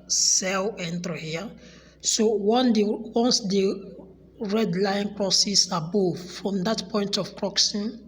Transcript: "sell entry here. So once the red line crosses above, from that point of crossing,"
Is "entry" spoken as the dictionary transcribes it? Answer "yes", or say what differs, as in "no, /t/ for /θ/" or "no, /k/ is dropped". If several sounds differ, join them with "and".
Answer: no, /ɹ/ is dropped